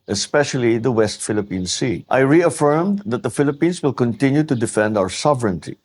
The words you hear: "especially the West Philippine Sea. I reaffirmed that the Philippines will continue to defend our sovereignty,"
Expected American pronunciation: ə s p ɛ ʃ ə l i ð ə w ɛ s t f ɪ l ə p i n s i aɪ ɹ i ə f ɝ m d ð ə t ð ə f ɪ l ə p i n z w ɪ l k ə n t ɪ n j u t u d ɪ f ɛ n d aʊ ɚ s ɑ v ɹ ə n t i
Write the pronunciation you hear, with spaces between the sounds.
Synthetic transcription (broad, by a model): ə s p ɛ ʃ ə l i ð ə w ɛ s t f ɪ l ə p i n s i aɪ ɹ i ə f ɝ m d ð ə t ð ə f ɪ l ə p i n s w ɪ l k ə n t ɪ n j u t u d ɪ f ɛ n d aʊ ɚ s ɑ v ɹ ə n t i